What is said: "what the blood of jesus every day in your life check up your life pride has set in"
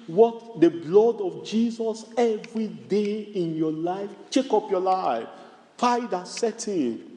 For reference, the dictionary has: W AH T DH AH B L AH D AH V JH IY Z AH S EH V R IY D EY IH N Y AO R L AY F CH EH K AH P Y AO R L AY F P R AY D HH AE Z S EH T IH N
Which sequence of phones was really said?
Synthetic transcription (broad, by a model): W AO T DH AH B L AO D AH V JH IY Z AH S EH V R IY D EY IH N Y AO L AY F CH EH K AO P Y AO L AY F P AY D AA S EH T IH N